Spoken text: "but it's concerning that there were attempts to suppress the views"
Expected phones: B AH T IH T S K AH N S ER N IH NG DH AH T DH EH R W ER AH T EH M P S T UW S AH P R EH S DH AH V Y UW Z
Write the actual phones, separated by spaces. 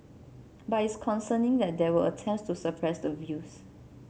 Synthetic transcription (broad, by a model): B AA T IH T S K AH N S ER N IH NG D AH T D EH W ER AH T EH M S T UW S AH P R EH S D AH V Y UW S